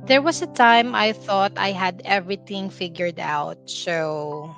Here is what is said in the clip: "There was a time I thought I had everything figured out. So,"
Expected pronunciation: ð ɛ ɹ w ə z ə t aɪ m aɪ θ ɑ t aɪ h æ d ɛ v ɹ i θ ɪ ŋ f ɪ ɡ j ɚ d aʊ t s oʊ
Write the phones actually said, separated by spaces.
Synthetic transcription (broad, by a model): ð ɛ ɹ w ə s ə t aɪ m aɪ θ ɑ t aɪ h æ d ɛ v ɹ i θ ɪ ŋ f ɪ ɡ j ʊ d aʊ t s oʊ